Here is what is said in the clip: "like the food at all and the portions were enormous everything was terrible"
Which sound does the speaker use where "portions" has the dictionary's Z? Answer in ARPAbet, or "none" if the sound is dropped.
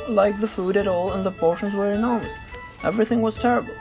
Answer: Z